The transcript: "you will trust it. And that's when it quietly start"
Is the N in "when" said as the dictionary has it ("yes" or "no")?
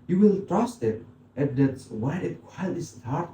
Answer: no